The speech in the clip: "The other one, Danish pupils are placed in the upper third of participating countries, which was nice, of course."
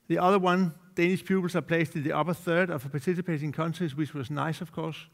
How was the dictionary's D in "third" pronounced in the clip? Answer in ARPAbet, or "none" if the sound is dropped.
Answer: D